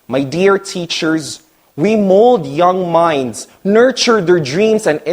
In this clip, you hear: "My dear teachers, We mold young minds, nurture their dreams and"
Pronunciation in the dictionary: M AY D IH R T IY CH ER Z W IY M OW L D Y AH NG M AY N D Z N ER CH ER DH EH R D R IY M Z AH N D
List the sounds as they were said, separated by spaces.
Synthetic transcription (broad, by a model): M AY D IH R T IY CH ER Z W IY M OW L D Y AH NG M AY N D Z N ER CH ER DH EH R D R IY M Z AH N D